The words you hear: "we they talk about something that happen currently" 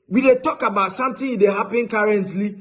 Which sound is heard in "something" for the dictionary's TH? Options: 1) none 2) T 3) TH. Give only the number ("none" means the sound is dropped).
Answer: 2